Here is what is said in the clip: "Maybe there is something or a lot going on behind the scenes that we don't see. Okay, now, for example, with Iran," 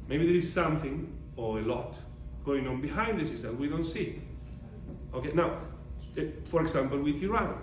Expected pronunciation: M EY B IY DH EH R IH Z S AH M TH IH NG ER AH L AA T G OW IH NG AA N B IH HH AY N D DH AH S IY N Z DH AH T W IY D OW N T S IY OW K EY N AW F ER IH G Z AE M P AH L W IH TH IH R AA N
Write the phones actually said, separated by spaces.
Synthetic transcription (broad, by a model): M EY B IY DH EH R IH Z S AH M TH IH NG ER AH L AA T G OW IH NG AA N B IH HH AY N D DH AH S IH Z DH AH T W IY D OW N T S IY OW K EY N AW F ER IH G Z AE M P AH L W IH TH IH R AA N